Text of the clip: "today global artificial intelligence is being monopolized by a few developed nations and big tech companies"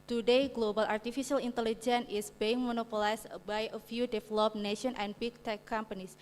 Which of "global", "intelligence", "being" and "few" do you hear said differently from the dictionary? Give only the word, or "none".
intelligence